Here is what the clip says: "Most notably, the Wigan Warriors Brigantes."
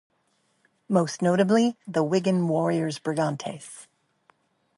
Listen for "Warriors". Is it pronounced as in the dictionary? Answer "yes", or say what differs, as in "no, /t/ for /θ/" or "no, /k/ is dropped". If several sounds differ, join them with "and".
yes